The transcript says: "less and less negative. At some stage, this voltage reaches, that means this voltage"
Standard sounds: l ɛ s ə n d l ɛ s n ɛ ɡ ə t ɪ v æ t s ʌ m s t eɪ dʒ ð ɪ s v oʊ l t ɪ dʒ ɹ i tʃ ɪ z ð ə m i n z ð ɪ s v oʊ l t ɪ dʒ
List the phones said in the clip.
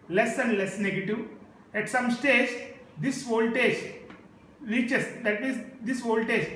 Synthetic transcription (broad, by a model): l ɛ s ə n d l ɛ s n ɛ ɡ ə t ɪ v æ t s ʌ m s t eɪ dʒ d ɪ s v oʊ l t ɪ dʒ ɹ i tʃ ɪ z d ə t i z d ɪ s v oʊ l t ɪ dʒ